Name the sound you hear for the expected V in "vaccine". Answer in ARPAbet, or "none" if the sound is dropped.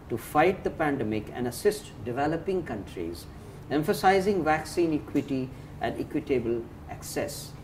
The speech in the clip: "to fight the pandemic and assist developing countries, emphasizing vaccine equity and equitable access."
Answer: V